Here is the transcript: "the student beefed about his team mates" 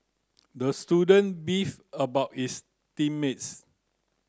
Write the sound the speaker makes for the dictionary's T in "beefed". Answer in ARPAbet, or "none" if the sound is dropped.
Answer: none